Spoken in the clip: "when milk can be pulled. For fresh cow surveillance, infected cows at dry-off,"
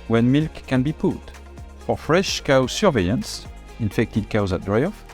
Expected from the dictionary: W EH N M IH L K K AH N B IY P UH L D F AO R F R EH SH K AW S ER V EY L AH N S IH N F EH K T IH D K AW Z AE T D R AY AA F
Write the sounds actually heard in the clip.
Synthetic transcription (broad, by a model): W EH N M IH L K K AH N B IY P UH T F AO R F R EH SH K AW S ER V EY AH N S IH N F EH K T IH D K AW Z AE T D R AY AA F